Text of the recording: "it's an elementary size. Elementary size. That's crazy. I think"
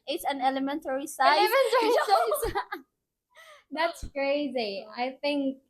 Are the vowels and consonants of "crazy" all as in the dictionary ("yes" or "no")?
yes